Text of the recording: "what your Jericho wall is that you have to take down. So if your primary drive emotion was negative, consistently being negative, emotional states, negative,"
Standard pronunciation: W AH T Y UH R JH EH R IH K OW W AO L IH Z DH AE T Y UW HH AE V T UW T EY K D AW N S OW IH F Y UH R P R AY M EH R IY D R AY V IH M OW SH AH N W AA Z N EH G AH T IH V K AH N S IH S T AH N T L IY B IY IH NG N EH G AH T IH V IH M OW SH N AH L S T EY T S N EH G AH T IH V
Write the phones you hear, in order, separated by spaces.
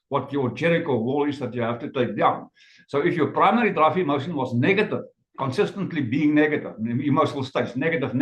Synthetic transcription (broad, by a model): W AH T Y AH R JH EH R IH K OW W AO L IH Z DH AE T Y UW HH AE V T UW T EY K D AW N S OW IH F Y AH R P R AY M EH R IY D R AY F IH M OW SH AH N W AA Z N EH G AH T IH V K AH N S IH S T AH N T L IY B IY IH NG N EH G AH T IH V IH M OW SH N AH L S T EY T S N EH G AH T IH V